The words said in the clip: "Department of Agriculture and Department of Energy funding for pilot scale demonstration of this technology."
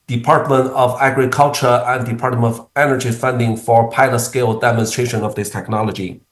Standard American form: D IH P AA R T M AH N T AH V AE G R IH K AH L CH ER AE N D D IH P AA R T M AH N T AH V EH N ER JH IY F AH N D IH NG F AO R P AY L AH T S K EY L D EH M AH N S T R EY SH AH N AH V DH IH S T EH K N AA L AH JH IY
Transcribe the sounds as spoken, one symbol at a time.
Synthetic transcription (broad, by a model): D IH P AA R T M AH N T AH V AE G R IH K AH L CH ER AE N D D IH P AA R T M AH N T AH V EH N ER JH IY F AH N D IH NG F AO R P AY L AH T S K EY L D EH M AH N S T R EY SH AH N AH V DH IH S T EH K N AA L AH JH IY